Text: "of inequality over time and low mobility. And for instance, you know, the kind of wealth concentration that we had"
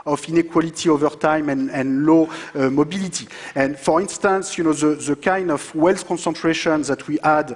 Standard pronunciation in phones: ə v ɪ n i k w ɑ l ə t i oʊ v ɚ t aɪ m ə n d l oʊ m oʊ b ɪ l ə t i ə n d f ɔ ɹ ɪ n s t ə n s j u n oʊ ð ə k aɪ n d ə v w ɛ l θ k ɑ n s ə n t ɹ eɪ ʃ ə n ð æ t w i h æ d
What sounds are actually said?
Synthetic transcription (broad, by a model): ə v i n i k w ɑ l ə t i oʊ v ɚ t aɪ m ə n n l oʊ m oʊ b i l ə t i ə n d f ɔ ɹ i n s t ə n s j u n oʊ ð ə k aɪ n d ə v w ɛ l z k ɑ n s ə n t ɹ eɪ ʃ ə n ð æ t w i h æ d